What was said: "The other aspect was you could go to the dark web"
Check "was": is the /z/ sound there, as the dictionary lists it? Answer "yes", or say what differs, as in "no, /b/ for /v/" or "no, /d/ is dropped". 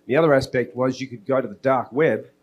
yes